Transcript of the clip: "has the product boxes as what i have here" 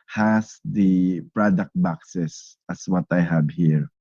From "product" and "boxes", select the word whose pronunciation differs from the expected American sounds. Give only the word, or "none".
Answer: boxes